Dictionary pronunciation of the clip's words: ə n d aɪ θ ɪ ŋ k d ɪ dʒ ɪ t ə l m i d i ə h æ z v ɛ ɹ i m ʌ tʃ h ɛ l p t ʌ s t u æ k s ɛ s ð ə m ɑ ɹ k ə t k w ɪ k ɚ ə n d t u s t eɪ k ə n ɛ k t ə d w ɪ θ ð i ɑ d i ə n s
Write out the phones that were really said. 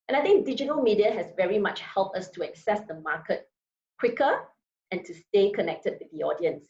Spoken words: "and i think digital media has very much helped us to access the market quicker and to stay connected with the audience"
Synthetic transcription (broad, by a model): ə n aɪ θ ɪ ŋ k d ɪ dʒ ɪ t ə l m i d i ə h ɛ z v ɛ ɹ i m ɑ tʃ h ɛ l p t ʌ s t u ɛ k s ɛ s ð ə m ɑ k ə t k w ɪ k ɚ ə n t u s t eɪ k ə n ɛ k t ə d w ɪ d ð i ɑ d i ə n s